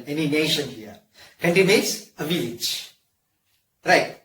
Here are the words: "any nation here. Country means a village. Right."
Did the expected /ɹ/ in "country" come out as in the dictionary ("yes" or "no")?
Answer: no